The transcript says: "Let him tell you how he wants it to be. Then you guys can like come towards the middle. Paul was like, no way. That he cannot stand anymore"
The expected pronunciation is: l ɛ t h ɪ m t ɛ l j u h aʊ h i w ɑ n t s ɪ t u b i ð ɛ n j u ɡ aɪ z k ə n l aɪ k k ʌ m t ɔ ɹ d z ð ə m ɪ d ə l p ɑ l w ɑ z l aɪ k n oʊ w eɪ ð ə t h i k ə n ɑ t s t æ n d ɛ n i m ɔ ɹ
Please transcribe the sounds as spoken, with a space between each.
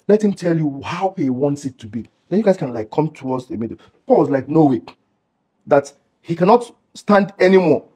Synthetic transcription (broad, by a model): l ɛ t h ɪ m t ɛ l j u h aʊ h i w ɑ n t s ɪ t u b i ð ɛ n j u ɡ aɪ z k ə n l aɪ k k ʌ m t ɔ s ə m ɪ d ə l p ɑ l w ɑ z l aɪ k n oʊ w eɪ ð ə t h i k ə n ɑ t s t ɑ n d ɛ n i m ɔ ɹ